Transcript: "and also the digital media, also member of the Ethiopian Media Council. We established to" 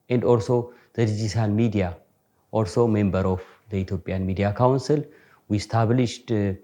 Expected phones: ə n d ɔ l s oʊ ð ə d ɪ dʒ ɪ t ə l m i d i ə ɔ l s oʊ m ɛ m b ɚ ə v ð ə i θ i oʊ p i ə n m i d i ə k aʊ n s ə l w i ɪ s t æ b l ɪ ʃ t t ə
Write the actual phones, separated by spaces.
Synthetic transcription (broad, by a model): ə n d ɔ l s oʊ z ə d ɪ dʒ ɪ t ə l m i d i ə ɔ l s oʊ m ɛ m b ɚ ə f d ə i t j oʊ p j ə n m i d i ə k aʊ n s ə l w i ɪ s t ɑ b l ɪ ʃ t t